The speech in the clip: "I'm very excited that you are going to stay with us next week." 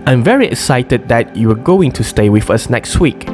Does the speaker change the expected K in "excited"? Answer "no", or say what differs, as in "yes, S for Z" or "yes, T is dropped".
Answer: no